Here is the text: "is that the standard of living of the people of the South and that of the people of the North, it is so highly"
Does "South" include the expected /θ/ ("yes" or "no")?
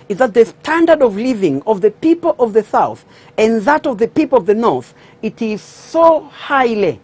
yes